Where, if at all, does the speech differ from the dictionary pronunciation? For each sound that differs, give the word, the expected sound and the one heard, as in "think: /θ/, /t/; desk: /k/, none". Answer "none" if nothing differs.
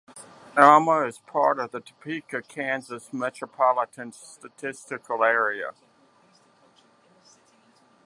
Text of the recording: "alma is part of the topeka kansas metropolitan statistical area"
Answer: alma: /l/, none